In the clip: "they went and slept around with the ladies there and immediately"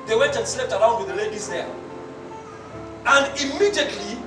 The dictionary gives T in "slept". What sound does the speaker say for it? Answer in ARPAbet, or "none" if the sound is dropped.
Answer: T